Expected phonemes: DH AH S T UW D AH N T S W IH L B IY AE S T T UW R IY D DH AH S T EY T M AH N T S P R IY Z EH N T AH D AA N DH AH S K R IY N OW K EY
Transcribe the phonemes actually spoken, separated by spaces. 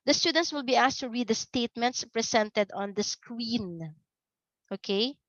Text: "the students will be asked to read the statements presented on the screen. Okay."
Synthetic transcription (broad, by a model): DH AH S T UW D AH N T S W IH L B IY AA S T T UW R IY D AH S T EY T M AH N T S P R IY S EH N T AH D AA N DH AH S K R IY N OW K EY